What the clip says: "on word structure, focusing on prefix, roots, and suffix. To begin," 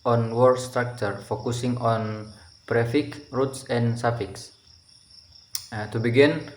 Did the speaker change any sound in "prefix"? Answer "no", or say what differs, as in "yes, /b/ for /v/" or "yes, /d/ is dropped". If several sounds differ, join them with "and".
yes, /s/ is dropped